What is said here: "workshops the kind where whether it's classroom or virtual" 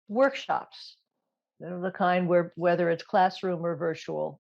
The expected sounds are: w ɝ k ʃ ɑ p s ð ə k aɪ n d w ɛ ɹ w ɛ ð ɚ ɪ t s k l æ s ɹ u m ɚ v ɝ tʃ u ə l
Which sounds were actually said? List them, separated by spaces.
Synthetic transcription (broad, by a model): w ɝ k ʃ ɑ p s ð ə k aɪ n d w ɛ ɹ w ɛ ð ɚ ɪ t s k l æ s ɹ u m ɚ v ɝ tʃ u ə l